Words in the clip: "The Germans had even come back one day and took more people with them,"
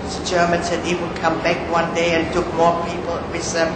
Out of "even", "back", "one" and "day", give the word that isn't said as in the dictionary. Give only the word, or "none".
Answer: even